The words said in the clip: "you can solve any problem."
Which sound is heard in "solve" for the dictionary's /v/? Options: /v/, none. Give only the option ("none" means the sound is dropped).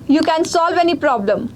/v/